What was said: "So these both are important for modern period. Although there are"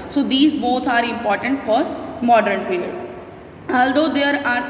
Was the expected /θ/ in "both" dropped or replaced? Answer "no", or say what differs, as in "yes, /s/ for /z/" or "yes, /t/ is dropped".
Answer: yes, /t/ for /θ/